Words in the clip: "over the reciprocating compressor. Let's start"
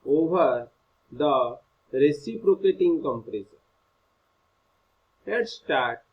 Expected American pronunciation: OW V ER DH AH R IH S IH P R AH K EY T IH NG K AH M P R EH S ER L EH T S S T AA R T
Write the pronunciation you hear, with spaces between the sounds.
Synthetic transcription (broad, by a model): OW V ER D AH R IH S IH P R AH K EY T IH NG K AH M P R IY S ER N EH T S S T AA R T